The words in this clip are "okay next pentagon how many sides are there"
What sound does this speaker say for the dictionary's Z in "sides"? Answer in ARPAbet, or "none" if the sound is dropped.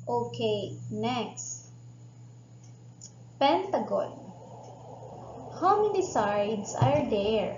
S